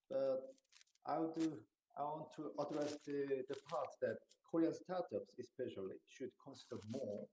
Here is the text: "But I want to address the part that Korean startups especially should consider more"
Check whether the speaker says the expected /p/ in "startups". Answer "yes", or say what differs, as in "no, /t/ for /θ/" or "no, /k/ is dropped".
yes